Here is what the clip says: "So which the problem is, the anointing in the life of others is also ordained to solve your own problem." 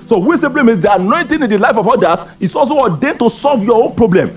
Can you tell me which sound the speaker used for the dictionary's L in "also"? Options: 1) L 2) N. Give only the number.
1